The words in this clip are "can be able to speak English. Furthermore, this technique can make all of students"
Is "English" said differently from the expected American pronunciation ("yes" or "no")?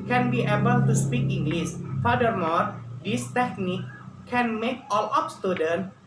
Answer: yes